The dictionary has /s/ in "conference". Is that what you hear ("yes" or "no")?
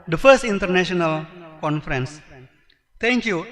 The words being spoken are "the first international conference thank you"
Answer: yes